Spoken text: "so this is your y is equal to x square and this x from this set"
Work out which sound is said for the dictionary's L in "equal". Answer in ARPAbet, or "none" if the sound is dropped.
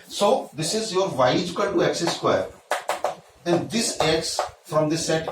N